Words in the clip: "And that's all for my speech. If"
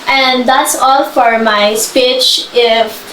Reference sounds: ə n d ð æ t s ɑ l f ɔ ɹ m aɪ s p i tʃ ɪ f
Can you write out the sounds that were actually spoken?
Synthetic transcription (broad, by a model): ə n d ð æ t s ɑ l f ɔ ɹ m aɪ s p i tʃ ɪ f